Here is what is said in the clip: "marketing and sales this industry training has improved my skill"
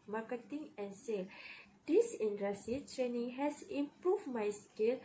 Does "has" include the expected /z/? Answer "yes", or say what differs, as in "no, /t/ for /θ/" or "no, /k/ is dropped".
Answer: no, /s/ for /z/